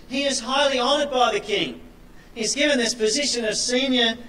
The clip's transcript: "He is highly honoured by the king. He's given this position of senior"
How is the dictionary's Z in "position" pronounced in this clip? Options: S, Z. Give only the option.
Z